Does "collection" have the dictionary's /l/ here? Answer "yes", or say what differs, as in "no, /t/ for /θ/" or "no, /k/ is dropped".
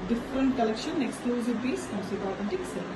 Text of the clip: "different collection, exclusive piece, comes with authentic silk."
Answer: yes